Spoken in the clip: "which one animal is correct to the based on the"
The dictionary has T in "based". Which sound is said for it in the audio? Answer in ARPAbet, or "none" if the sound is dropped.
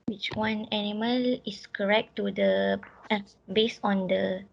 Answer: none